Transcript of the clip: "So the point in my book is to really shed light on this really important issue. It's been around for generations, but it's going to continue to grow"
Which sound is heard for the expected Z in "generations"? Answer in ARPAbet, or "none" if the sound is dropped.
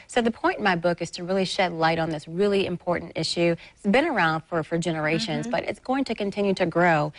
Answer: Z